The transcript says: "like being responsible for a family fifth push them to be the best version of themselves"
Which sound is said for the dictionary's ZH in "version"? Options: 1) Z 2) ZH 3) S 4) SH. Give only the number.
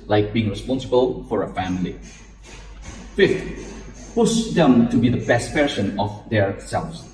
3